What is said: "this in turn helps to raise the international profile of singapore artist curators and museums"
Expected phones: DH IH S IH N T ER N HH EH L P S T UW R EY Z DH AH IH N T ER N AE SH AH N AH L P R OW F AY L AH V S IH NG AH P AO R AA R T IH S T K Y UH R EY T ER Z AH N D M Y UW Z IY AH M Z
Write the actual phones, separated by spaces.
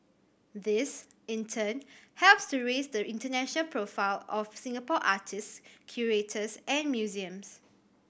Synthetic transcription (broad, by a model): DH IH S IH N T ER N HH EH L P S T UW R EY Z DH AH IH N T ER N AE SH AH N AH L P R OW F AY L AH F S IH NG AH P AO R AA T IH S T K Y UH R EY T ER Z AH N M Y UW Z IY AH M S